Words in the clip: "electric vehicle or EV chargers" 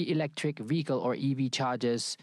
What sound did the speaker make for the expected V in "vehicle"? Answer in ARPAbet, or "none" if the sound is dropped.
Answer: V